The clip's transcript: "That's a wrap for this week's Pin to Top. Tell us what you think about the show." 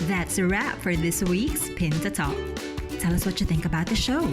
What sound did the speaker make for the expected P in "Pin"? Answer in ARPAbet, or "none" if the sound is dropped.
P